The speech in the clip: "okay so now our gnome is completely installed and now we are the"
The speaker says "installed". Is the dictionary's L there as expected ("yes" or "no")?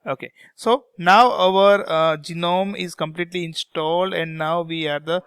yes